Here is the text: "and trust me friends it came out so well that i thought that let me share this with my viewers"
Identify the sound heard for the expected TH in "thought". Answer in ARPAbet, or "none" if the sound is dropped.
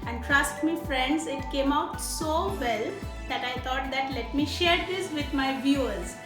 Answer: T